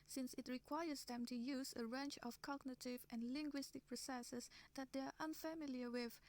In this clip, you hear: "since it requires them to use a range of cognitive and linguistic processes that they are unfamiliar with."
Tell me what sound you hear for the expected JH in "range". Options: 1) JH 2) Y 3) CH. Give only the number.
3